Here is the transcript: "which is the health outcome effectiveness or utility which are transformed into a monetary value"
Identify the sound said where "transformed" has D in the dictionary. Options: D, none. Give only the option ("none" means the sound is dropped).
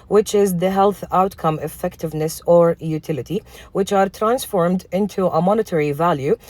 D